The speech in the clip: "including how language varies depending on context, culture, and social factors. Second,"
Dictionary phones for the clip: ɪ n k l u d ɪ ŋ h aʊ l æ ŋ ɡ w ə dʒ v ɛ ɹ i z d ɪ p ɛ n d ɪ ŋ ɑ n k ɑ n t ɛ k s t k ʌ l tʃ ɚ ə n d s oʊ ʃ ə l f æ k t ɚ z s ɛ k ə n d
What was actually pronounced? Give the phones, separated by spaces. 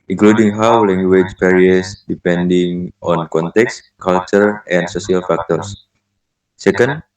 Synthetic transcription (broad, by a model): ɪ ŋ k l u d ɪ ŋ h aʊ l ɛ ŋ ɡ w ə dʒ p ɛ ɹ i s d ɪ p ɛ n d ɪ ŋ ɑ n k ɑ n t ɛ k s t k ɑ l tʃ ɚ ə n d s oʊ s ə l f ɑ k t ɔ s s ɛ k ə n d